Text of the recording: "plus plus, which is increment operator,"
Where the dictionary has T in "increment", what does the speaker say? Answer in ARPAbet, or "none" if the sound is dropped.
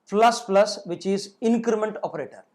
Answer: T